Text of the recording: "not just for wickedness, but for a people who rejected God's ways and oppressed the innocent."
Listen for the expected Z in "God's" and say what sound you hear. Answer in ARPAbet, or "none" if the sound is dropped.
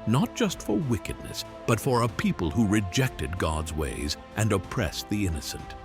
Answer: Z